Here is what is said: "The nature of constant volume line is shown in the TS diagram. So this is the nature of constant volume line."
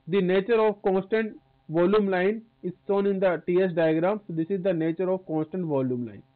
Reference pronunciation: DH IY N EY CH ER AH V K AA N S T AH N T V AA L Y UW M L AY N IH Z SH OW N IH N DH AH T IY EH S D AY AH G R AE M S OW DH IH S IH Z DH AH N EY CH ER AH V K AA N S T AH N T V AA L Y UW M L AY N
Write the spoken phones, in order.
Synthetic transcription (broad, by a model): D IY N EY CH ER AH V K AA N S T AH N T V AA L Y UW M L AY N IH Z S OW N IH N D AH T IY EH S D AY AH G R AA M S OW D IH S IH Z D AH N EY CH ER AH V K AA N S T AH N T V AA L Y UW M L AY N